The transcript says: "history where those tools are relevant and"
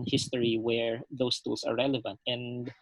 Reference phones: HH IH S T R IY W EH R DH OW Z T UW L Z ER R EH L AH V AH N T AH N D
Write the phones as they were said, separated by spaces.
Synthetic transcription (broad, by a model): HH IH S T R IY W EH R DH OW S T UW L S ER R EH L AH V AH N T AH N D